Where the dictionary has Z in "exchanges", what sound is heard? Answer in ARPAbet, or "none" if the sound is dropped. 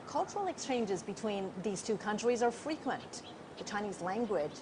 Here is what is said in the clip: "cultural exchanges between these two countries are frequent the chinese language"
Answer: Z